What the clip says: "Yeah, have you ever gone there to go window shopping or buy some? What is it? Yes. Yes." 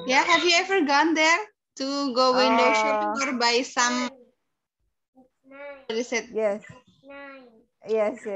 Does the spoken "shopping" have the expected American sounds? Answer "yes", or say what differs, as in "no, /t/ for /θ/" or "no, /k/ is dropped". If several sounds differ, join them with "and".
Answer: no, /p/ is dropped